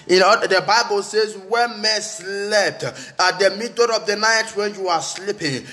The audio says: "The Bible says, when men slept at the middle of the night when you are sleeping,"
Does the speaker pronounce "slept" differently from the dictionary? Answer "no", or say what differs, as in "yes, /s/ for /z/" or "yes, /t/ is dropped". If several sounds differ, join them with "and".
yes, /f/ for /p/